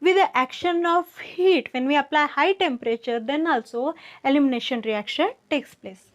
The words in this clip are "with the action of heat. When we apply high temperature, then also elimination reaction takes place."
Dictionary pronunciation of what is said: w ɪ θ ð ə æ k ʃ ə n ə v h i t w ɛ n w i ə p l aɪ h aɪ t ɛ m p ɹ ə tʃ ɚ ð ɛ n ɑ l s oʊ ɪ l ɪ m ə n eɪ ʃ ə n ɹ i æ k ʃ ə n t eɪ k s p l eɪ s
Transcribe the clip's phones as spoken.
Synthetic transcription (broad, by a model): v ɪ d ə æ k ʃ ə n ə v h i t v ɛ n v i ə p l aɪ h aɪ t ɛ m p ɹ ə tʃ ɚ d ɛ n ɑ l s oʊ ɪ l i m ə n eɪ ʃ ə n ɹ i æ k ʃ ə n t eɪ k s p l eɪ s